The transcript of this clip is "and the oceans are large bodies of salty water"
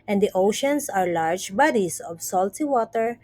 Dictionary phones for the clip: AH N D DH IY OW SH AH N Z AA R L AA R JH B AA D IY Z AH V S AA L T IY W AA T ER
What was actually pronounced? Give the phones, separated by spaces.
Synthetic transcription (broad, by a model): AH N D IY OW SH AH N S AA R L AA R JH B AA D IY S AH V S AA L T IY W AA T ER